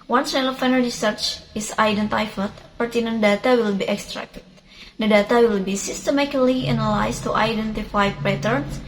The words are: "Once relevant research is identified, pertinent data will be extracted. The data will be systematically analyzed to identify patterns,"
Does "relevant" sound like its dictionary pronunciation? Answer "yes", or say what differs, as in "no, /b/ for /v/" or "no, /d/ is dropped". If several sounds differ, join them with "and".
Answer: no, /f/ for /v/